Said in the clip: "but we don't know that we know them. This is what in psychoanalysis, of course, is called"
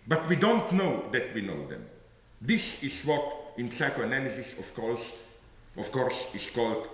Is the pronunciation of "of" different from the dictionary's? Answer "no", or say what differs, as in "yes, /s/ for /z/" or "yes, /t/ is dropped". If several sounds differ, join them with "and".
yes, /f/ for /v/